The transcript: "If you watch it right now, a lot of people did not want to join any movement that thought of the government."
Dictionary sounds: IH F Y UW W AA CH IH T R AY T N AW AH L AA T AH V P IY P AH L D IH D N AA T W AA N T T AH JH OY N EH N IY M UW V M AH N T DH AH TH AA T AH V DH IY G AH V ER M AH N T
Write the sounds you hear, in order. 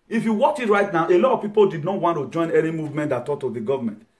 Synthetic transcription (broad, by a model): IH F Y UW W AA CH IH T R AY T N AW AH L AA T AH V P IY P AH L D IH D N AA T W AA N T T AH JH OY N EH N IY M UW V M AH N T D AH T AA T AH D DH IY G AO V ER M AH N T